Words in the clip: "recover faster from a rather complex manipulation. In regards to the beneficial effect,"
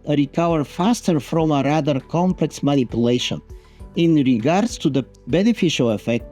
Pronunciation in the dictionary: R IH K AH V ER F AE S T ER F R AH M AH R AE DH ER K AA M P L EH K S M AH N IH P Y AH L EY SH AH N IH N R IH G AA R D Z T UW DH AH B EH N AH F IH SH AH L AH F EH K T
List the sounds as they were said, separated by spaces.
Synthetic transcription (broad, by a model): R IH K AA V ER F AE S T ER F R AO M AH R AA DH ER K AA M P L EH K S M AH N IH P Y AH L EY SH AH N IH N R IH G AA R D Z T UW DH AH B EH N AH F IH SH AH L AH F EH K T